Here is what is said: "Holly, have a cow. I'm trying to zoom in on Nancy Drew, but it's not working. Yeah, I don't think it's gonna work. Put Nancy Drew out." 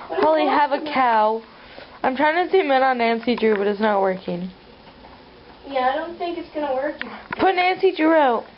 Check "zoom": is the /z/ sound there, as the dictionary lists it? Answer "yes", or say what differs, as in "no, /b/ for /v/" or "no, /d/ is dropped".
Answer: no, /s/ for /z/